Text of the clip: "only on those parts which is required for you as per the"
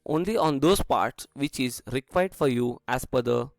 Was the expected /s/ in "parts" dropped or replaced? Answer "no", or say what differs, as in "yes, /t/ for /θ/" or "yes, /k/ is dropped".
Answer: no